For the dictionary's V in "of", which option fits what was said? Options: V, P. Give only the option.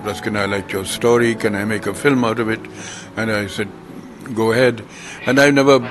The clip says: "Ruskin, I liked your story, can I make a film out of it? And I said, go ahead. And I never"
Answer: V